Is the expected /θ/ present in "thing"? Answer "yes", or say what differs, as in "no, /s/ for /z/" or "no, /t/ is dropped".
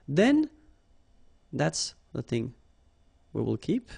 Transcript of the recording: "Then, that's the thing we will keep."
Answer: yes